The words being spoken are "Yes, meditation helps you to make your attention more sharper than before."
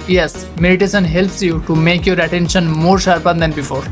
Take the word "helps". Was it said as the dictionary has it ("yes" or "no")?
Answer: yes